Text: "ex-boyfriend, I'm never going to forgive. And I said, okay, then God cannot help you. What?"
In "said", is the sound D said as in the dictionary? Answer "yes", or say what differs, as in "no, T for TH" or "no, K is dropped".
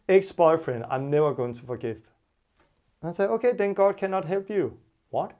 no, D is dropped